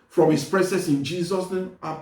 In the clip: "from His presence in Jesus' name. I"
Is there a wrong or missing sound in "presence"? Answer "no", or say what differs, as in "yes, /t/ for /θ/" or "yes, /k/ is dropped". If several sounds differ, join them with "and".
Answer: yes, /n/ is dropped